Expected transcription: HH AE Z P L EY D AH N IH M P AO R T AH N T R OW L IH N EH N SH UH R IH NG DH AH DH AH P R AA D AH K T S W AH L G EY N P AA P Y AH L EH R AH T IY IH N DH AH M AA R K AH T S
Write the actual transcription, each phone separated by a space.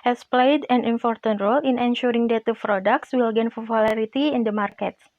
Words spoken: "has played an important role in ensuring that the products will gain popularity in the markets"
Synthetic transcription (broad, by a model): HH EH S P L EY D AH N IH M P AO R T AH N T R OW L IH N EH N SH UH R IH NG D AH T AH P R AA D AH K T S W AH L G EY N F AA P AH L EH R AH T IY IH N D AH M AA R K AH T S